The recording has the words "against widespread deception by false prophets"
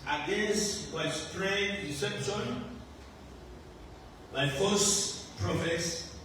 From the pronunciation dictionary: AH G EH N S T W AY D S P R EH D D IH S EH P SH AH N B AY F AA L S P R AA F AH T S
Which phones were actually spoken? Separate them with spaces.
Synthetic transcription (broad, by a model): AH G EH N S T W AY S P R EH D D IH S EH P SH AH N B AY F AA S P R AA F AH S